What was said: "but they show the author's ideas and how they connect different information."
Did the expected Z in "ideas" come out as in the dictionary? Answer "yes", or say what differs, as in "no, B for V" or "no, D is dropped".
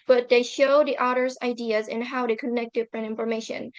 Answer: yes